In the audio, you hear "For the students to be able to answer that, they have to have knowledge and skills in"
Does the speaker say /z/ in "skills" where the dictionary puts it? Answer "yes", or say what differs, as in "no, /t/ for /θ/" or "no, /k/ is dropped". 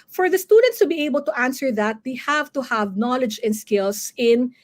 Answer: no, /s/ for /z/